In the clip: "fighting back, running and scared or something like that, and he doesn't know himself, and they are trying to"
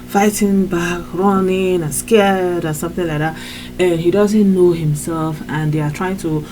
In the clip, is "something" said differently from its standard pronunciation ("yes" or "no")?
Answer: no